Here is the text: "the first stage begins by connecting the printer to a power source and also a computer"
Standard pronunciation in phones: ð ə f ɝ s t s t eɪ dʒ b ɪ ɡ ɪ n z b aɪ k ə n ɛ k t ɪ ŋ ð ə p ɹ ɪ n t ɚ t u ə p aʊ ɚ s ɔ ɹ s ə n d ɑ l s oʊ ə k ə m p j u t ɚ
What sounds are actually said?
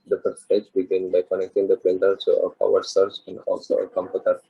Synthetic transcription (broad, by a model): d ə p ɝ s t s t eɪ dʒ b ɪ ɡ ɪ n b aɪ k ə n ɛ k t ɪ ŋ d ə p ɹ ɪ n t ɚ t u ə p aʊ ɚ s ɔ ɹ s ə n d ɑ l s oʊ ə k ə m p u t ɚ